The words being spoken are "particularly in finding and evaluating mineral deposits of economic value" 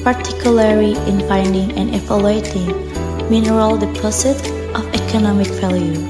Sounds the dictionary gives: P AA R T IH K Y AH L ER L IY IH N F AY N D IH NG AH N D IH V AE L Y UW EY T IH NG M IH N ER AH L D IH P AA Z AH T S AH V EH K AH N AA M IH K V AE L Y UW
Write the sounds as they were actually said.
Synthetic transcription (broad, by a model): P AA R T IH K Y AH L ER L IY IH N F AY N D IH NG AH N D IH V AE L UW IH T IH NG M IH N ER AH L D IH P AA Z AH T AH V EH K AH N AA M IH K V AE L Y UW